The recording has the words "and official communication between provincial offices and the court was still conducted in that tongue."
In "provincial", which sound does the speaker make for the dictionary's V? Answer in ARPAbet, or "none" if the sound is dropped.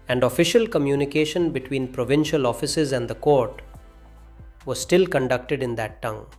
V